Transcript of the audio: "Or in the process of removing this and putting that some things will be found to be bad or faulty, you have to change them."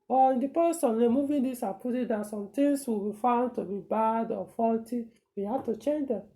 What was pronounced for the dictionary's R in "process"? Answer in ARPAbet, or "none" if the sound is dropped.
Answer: none